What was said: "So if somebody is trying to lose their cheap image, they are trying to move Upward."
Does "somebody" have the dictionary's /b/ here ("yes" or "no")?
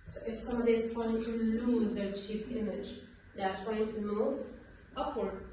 no